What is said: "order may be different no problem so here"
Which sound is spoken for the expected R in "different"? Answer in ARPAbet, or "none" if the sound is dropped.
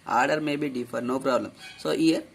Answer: none